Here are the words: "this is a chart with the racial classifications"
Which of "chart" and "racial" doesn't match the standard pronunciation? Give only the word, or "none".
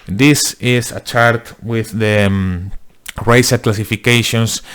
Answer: racial